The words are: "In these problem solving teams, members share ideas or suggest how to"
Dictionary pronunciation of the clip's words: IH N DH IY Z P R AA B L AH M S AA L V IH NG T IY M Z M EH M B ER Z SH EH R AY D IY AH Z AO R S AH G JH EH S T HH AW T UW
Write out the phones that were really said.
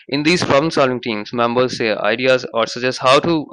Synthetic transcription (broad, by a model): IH N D IY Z P R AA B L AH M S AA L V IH NG T IY M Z M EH M B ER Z S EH AY D IY AH Z AO R S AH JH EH S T HH AW T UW